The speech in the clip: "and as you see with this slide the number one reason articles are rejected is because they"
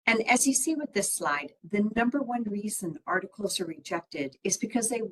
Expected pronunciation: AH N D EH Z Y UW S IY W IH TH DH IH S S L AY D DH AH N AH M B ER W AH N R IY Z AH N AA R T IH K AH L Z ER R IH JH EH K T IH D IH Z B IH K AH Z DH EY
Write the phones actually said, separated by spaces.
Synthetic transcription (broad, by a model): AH N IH Z Y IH S IY W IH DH IH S S L AY D DH AH N AH M B ER W AH N R IY Z AH N AA R T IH K L Z ER R IH JH EH K T IH D IH Z B IH K AH Z DH EY